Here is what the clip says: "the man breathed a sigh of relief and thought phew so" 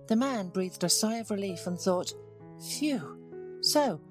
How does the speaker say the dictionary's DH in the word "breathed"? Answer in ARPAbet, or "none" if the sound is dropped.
DH